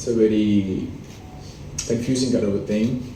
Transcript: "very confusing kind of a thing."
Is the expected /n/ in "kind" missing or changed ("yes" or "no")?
yes